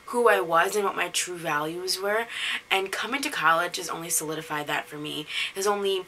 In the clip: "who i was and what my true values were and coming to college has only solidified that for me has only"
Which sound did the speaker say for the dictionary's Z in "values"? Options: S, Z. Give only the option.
Z